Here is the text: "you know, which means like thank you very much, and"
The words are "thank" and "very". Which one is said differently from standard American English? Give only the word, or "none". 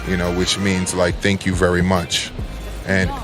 none